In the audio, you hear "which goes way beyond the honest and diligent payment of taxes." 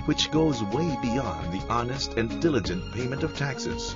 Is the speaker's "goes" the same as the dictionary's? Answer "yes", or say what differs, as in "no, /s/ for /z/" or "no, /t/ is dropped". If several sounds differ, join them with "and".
yes